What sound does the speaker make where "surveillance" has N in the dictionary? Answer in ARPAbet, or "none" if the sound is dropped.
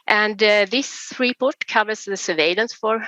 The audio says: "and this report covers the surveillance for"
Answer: N